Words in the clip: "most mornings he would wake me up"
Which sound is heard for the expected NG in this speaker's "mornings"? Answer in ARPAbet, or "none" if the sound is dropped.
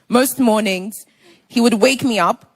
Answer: NG